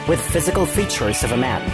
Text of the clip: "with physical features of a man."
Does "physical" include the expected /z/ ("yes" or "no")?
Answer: yes